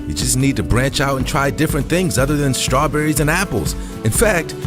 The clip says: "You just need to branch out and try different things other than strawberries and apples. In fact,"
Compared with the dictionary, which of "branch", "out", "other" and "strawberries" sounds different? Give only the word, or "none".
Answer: none